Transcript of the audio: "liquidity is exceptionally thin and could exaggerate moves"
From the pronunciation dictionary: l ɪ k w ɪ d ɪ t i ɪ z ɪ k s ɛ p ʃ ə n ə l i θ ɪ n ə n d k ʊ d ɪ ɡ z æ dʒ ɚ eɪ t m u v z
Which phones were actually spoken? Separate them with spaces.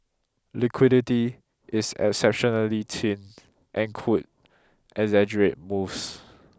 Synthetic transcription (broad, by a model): l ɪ k w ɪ d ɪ t i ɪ s ɪ k s ɛ p ʃ ə n ə l i t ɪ n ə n k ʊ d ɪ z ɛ dʒ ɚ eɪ t m u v s